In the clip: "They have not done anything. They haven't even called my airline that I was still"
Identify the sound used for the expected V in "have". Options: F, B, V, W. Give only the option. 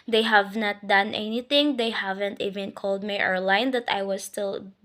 V